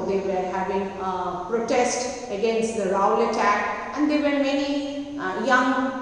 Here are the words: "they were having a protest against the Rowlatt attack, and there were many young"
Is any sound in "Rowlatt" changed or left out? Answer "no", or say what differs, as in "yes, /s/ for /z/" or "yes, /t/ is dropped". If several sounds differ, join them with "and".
yes, /l/ is dropped